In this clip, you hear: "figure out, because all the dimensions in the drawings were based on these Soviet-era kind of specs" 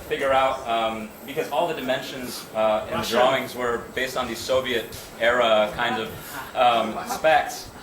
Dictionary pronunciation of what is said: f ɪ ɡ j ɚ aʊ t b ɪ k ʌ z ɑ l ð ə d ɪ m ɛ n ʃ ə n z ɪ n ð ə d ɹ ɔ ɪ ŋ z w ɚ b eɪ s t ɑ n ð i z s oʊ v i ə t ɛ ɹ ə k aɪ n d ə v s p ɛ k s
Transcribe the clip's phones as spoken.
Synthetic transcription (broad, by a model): f ɪ ɡ j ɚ aʊ t b ɪ k ʌ z ɑ l ð ə d ɪ m ɛ n ʃ ə n z ɪ n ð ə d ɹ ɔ ɪ ŋ z w ɚ b eɪ s t n ð i z s oʊ v i ə t ɛ ɹ ə k aɪ n d ə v s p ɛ k s